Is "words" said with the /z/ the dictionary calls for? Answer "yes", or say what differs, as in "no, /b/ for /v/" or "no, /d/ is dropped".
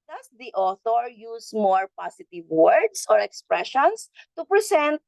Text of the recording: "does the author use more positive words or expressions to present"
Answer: no, /s/ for /z/